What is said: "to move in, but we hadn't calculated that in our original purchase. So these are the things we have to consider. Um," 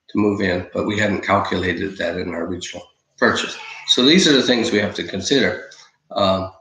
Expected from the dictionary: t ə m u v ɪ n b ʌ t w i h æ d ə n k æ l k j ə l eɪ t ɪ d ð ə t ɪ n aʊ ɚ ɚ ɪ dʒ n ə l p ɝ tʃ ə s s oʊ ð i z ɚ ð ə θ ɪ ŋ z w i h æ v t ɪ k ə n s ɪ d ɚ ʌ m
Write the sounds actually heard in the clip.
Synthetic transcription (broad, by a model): t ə m u v ɪ n b ʌ t w i h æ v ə n k æ l k j ə l eɪ t ɪ d ð ə t ɪ n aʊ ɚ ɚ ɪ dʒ n l p ɝ tʃ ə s s oʊ ð i z ɚ ð ə θ ɪ ŋ z w i h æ f t ɪ k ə n s ɪ d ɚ ʌ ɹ